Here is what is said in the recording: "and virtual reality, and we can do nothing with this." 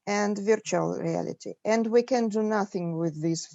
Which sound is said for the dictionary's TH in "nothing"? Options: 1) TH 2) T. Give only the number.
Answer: 1